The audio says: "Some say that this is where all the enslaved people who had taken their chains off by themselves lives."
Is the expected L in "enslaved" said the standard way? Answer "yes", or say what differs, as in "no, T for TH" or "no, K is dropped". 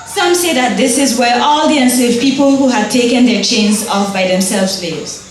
no, L is dropped